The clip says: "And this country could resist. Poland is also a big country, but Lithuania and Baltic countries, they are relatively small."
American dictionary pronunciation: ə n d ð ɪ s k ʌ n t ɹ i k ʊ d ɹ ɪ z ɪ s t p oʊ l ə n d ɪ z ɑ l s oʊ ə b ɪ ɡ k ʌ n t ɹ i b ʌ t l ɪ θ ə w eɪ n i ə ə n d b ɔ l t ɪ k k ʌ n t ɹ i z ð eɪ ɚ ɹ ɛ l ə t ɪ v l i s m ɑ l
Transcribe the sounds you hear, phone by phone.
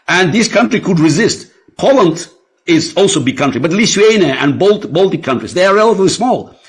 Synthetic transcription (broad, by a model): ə n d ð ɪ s k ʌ n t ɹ i k ʊ d ɹ ɪ z ɪ s t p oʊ l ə n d ɪ z ɑ l s oʊ ə b ɪ ɡ k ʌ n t ɹ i b ʌ t l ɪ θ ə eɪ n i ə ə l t b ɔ l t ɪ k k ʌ n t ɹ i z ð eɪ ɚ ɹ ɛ l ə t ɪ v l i s m ɑ l